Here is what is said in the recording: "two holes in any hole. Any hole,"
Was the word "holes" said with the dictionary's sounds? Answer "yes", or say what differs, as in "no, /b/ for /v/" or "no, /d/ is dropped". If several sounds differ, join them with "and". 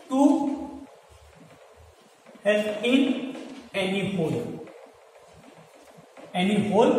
no, /l/ is dropped